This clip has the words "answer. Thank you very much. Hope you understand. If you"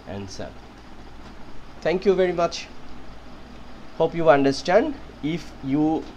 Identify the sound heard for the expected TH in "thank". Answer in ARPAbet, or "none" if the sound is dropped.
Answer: T